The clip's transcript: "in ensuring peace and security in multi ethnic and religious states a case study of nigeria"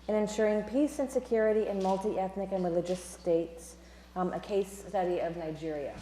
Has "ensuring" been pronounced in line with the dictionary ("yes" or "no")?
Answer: yes